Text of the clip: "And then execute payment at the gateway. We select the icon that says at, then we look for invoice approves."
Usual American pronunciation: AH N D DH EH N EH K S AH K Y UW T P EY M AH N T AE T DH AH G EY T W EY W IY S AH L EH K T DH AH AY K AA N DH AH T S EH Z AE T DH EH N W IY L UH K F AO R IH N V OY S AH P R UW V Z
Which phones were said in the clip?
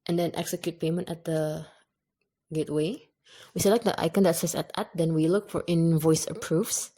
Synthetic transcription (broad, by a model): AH N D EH N EH K S AH K Y UW T P EY M AH N T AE T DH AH G EY T W EY W IY S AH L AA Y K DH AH AY K AA N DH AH T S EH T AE T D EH N W IY L UH K F AO R IH N V OY S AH P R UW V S